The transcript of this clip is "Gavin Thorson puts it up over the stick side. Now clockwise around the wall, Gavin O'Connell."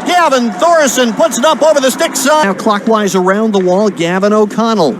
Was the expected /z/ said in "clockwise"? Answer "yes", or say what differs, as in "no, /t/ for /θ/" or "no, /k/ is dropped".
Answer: yes